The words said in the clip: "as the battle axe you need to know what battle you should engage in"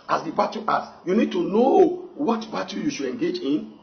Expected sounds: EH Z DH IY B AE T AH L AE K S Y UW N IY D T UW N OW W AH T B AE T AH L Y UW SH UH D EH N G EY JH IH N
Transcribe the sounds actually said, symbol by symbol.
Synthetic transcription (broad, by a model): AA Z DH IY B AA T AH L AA S Y UW N IY D T UW N OW W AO T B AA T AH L Y UW SH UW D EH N G EY JH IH N